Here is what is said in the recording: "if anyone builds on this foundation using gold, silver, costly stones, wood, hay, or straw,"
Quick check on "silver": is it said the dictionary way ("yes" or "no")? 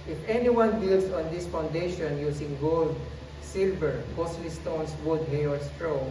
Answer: yes